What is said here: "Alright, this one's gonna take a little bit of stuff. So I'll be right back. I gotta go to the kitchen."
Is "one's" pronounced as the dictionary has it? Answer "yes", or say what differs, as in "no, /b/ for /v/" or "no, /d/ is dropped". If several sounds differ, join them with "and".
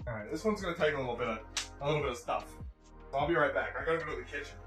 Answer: yes